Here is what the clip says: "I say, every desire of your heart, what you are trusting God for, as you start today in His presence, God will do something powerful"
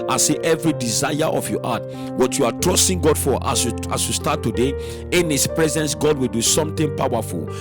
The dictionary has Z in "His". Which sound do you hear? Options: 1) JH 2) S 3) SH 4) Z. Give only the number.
2